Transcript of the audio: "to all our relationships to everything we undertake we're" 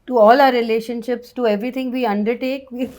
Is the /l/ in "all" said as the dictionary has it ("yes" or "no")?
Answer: yes